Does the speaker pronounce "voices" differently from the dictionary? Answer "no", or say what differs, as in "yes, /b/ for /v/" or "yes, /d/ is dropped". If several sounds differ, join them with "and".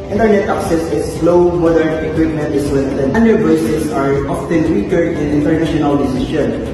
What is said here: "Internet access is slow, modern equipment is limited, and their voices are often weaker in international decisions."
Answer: yes, /s/ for /z/